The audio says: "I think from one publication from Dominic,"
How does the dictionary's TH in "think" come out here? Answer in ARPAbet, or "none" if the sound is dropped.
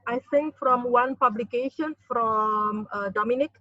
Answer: S